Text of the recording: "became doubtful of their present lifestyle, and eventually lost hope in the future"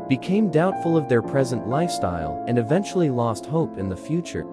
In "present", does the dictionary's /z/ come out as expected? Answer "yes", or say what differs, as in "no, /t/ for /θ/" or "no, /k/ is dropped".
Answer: yes